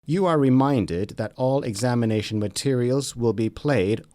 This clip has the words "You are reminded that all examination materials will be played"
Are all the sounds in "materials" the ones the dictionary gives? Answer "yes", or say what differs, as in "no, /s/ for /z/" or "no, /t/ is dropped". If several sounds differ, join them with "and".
yes